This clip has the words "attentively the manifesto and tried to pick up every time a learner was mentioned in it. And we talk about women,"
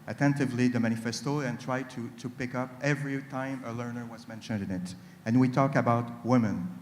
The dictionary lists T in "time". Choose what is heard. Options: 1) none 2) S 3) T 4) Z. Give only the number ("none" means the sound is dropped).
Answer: 3